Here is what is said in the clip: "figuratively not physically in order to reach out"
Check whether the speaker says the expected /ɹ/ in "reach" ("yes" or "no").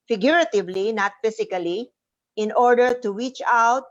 no